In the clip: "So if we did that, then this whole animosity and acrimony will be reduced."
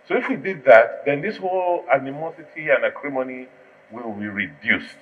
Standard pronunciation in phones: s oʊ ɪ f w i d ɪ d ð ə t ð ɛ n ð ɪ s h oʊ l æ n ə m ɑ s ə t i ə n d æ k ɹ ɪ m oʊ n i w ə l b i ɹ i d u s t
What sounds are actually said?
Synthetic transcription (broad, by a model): s oʊ ɪ f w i d ɪ d ð ə t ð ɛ n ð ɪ s h oʊ l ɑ n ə m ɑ s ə t i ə n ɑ k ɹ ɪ m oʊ n i w ə l b i ɹ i d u s t